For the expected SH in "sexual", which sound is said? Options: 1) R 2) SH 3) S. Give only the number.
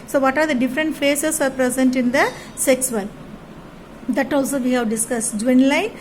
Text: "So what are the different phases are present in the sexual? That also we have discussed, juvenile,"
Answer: 3